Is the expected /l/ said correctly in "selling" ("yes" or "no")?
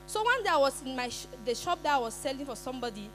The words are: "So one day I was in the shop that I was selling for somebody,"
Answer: yes